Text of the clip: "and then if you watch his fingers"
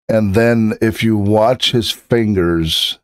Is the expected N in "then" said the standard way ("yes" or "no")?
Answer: yes